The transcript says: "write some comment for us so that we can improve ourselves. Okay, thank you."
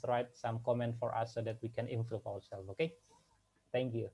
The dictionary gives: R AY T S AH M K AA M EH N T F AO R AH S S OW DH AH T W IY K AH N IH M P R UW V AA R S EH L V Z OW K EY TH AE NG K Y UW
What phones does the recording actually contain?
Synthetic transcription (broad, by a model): R AY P S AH M K AA M EH N T F AO R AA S S OW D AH T W IY K AH N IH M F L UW P AA R S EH L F OW K EY T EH NG K Y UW